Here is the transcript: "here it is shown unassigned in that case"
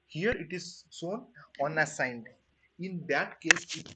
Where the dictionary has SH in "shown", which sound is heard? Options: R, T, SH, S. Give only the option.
S